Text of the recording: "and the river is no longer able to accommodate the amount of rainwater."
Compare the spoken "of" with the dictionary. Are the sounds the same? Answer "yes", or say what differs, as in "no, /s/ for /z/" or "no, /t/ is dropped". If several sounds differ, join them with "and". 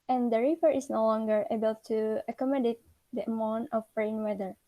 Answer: no, /b/ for /v/